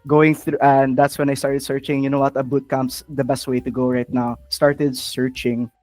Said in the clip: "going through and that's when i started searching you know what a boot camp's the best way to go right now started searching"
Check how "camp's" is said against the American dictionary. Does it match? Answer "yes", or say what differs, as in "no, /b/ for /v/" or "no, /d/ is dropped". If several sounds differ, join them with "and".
no, /p/ is dropped